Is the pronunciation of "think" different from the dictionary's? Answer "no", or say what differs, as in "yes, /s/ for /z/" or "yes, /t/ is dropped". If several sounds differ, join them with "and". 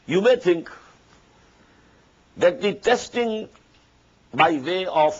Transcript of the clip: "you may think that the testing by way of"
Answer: yes, /t/ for /θ/